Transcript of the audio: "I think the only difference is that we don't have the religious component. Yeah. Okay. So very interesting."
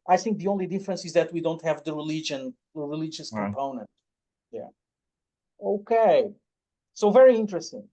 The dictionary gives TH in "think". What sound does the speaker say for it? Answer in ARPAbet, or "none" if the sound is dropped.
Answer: TH